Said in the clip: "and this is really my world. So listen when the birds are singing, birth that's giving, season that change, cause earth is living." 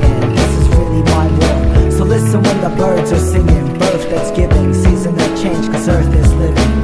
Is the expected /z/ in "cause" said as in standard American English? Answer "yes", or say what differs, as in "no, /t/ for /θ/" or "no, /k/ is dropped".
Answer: no, /s/ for /z/